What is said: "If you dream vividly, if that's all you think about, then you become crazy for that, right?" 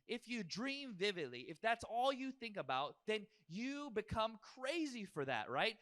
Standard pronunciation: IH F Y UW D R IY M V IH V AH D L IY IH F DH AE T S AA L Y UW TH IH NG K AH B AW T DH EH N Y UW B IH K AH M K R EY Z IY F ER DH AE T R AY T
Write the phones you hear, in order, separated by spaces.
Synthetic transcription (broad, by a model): IH F Y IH D R IY M V IH V AH D L IY IH F DH AE T S AA L Y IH TH IH NG K AH B AW T DH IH N Y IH B IH K AH M K R EY Z IY F ER DH AE T R AY T